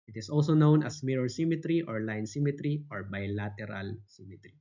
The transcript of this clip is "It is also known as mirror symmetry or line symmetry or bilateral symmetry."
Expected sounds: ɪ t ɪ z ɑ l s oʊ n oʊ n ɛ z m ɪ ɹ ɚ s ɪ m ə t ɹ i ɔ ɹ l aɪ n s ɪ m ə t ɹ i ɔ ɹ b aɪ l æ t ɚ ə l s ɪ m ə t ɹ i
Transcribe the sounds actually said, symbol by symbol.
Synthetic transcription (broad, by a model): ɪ t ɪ s ɑ l s oʊ n oʊ n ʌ s m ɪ ɹ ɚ s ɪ m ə t ɹ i ɔ ɹ l aɪ n s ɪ m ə t ɹ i ɔ ɹ b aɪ l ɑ t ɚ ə l s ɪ m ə t ɹ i